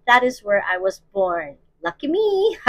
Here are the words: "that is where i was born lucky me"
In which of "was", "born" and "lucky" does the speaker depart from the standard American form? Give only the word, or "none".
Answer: none